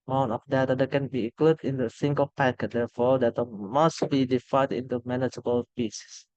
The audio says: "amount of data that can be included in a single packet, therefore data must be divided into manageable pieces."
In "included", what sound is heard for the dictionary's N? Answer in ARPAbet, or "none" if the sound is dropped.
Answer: none